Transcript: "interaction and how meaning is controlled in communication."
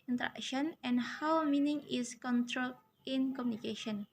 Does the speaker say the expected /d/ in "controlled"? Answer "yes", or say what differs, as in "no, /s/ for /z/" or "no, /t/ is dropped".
no, /d/ is dropped